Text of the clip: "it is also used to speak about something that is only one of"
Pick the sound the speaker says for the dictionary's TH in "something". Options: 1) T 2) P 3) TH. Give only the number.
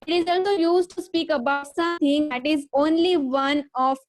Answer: 1